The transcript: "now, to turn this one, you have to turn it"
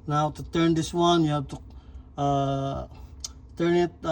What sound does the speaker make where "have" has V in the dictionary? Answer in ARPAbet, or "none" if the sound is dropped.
B